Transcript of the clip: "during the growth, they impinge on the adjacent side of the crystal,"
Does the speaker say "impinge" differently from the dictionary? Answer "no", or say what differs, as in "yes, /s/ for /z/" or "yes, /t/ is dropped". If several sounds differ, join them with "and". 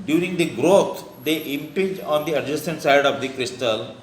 yes, /n/ is dropped